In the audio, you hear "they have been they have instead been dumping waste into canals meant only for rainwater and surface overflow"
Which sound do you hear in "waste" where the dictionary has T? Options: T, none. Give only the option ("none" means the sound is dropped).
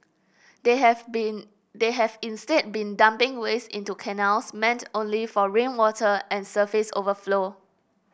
none